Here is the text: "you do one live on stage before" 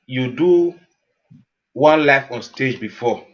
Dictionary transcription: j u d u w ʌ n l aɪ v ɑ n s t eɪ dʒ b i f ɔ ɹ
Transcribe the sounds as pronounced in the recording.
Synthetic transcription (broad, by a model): j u d u w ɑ n l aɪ f ɑ n s t eɪ dʒ b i f ɔ